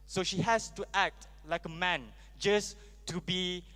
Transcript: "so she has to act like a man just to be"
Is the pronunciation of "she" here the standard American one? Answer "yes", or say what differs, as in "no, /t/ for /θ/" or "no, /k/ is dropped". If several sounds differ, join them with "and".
yes